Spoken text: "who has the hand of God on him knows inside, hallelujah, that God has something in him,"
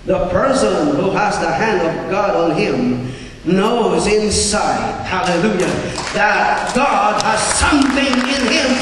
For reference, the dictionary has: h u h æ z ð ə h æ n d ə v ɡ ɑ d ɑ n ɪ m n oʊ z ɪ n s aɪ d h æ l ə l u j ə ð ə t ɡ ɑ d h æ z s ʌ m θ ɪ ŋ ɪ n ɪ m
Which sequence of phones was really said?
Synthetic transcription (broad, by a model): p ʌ h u z ð ə h æ n d ə v ɡ ɑ d n ɪ m n oʊ z ɪ n s aɪ d h æ l ə l u j ə ð ə t ɡ ɑ d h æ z s ʌ m θ ɪ ŋ ɪ n ɪ m